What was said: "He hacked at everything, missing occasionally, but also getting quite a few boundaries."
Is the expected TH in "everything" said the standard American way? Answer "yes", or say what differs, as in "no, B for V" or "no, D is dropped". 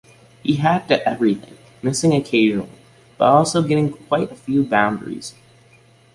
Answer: yes